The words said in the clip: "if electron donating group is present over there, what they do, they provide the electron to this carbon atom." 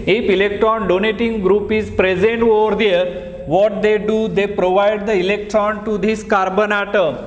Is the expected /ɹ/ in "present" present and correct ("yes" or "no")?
yes